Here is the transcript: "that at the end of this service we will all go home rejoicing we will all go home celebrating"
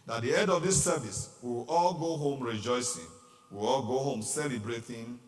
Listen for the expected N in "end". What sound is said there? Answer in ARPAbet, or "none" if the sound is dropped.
none